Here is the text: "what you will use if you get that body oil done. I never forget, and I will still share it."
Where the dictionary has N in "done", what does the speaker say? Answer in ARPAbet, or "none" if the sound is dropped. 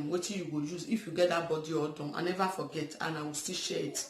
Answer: none